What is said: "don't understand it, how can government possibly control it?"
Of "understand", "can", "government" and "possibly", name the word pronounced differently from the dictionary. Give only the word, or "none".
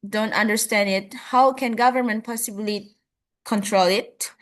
none